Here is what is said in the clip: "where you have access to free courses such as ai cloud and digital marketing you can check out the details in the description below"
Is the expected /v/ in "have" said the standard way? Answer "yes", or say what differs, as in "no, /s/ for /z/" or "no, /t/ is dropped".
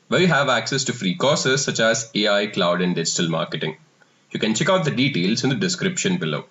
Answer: yes